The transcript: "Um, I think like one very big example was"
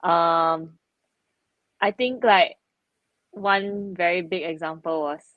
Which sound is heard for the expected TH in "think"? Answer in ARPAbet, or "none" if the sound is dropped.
T